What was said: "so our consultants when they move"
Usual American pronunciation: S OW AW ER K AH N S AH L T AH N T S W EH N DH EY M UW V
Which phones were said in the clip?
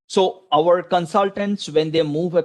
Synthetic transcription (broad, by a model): S OW AW ER K AH N S AH L T AH N T S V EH N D EY M UW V